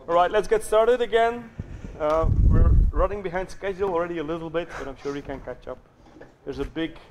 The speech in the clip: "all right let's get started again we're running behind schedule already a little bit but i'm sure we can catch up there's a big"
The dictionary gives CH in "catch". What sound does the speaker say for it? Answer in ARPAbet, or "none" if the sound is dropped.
CH